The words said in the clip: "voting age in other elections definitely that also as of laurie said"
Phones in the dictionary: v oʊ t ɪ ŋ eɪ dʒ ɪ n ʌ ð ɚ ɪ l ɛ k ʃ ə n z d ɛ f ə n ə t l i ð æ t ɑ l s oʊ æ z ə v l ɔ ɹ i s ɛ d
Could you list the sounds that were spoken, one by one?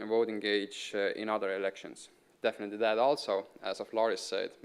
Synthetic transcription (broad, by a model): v oʊ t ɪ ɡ eɪ dʒ ɪ n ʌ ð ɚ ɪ l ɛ k ʃ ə n s d ɛ f ə n ə t l i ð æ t ɑ l s oʊ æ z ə f l ɔ ɹ i s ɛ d